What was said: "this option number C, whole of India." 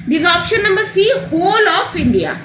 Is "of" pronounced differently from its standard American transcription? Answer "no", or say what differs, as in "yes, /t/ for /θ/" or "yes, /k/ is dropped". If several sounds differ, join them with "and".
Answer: yes, /f/ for /v/